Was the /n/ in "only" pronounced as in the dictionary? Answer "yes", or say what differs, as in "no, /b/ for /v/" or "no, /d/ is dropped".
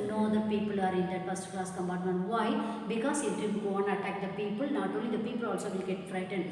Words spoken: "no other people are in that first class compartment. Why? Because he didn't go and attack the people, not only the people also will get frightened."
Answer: no, /n/ is dropped